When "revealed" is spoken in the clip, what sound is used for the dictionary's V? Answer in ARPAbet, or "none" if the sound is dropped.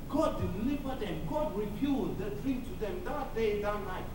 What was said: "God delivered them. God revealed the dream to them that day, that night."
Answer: P